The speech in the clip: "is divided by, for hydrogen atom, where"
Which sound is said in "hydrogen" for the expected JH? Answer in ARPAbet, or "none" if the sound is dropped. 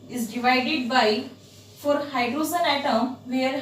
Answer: Z